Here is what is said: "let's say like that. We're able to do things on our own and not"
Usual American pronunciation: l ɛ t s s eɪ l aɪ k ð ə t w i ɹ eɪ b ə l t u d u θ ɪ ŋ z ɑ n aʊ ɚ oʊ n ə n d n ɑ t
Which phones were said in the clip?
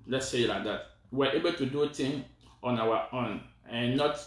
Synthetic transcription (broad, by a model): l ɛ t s s eɪ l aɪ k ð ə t w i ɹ eɪ b ə l t u d u t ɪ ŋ ɑ n aʊ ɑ oʊ n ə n n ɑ t